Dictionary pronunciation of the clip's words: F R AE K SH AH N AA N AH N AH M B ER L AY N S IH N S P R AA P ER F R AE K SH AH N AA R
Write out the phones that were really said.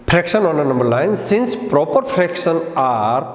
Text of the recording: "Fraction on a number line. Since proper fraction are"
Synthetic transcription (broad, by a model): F R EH K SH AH N AA N AH N AH M B ER N AY N S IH N S P R AA P ER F R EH K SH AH N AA R